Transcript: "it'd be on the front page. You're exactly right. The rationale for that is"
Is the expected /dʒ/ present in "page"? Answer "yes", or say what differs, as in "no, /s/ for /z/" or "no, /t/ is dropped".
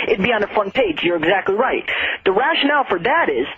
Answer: yes